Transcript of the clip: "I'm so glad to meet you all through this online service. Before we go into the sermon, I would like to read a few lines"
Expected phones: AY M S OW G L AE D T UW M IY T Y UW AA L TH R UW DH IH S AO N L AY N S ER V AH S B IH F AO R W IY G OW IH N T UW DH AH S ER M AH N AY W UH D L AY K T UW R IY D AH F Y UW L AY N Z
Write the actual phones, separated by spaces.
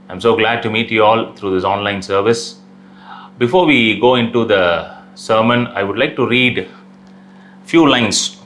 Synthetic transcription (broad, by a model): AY M S OW G L AE D T UW M IY T Y UW AA L T R UW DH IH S AO N L AY N S ER V AH S B IH F AO R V IY G OW IH N T UW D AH S ER M AH N AY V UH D L AY K T UW R IY D F Y UW L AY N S